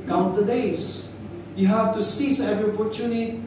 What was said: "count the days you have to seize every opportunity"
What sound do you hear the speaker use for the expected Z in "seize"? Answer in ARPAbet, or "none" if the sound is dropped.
S